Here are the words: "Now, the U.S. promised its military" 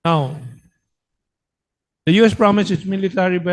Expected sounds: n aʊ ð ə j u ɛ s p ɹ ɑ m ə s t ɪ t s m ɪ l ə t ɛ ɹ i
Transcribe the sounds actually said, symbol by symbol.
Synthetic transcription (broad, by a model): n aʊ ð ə j u ɛ s p ɹ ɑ m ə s ɪ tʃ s m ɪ l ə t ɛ ɹ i